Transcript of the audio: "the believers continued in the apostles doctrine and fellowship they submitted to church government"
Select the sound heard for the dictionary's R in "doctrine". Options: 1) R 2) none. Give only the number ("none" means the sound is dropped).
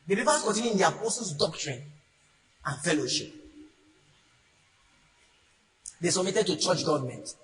1